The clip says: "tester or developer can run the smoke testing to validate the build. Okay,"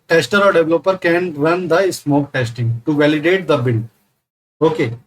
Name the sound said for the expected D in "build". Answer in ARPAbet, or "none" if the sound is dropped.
none